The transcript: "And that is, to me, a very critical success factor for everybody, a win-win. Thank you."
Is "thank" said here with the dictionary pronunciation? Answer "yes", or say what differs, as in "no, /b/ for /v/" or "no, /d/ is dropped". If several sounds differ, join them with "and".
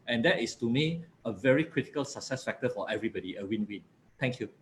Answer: no, /t/ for /θ/